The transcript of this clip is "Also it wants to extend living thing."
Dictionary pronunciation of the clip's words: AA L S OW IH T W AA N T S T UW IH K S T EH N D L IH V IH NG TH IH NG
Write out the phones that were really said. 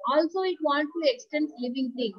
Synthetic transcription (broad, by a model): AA L S OW IH T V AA N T T UW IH K S T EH N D L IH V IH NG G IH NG